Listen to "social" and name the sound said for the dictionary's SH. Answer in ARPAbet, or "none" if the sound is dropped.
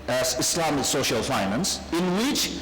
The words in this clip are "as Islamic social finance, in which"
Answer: SH